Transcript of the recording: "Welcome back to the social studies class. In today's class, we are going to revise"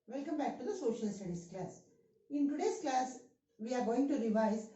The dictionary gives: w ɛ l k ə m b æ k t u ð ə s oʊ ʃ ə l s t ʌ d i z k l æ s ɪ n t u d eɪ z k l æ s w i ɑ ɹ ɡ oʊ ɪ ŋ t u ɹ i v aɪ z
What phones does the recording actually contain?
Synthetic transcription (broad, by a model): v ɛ l k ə m b æ k t u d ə s oʊ ʃ ə l s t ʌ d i s k l æ s ɪ n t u d eɪ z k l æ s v i ɑ ɹ ɡ oʊ ɪ ŋ t u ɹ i v aɪ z